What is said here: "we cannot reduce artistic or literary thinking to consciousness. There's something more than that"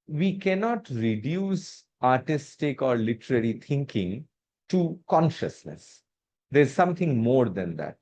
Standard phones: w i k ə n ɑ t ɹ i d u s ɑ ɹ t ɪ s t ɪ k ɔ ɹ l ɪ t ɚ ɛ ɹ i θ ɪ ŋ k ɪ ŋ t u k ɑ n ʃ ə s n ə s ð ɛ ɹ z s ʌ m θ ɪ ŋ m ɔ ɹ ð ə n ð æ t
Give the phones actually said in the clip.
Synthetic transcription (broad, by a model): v i k ə n ɑ t ɹ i d u s ɑ ɹ t ɪ s t ɪ k ɔ ɹ l ɪ t ɚ ɛ ɹ i t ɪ ŋ k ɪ ŋ t u k ɑ n ʃ ə s n ə s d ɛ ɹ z s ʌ m t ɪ ŋ m ɔ ɹ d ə n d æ t